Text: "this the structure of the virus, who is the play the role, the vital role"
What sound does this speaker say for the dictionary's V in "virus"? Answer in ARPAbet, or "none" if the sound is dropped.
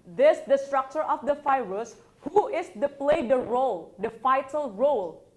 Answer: F